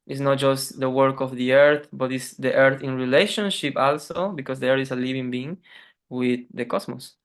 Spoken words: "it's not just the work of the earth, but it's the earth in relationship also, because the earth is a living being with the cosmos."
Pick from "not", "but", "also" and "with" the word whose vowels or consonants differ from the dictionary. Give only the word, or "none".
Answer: none